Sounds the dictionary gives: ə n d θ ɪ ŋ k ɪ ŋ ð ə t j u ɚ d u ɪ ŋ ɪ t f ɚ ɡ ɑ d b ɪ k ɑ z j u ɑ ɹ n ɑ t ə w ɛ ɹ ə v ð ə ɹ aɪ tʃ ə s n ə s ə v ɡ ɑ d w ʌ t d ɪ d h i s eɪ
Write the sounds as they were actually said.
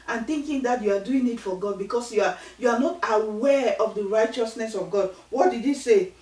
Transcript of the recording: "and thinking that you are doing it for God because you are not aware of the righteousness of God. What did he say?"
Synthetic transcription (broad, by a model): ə n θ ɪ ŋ k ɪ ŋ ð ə t j u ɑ d u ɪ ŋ ɪ t f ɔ ɡ ɑ d b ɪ k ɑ s j u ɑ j n ɑ t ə w ɛ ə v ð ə ɹ aɪ tʃ ə s n ə s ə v ɡ ɑ d w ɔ t d ɪ d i s eɪ